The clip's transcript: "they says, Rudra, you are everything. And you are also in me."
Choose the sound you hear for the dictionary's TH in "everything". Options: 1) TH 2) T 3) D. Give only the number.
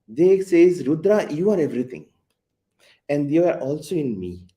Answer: 2